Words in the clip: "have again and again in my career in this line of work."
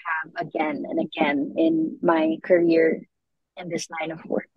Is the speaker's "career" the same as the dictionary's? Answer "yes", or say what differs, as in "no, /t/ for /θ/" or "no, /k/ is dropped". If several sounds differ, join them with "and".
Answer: yes